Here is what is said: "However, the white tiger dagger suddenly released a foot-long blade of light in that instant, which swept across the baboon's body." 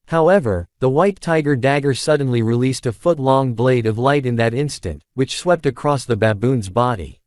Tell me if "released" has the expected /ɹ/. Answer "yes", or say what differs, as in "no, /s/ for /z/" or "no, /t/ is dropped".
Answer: yes